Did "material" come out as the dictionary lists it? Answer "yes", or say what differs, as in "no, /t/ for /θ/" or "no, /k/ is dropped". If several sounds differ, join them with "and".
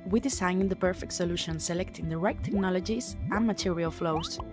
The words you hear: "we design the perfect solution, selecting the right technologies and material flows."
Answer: yes